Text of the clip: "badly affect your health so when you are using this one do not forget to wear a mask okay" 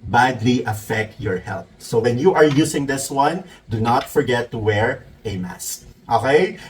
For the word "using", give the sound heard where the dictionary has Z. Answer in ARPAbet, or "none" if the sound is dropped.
S